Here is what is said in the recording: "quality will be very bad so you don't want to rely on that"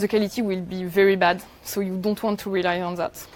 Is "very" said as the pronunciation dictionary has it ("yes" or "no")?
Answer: yes